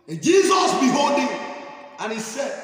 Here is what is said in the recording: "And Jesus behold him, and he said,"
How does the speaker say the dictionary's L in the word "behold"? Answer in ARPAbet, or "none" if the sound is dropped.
none